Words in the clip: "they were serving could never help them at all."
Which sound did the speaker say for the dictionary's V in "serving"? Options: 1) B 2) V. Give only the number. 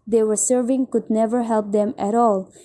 2